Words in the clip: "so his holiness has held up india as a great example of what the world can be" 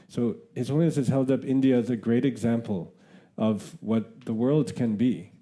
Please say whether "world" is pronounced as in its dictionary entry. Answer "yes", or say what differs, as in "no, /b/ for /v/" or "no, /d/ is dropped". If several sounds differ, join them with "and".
yes